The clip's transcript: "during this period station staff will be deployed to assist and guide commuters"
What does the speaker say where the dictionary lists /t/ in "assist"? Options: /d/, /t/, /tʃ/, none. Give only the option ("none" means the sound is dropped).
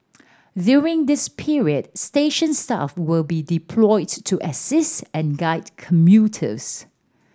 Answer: /t/